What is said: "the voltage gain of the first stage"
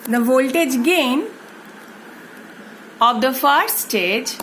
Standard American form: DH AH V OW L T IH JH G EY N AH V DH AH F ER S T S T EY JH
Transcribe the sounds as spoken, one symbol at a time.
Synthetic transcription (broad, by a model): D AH V OW L T IH JH G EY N AH V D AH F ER T S T EY JH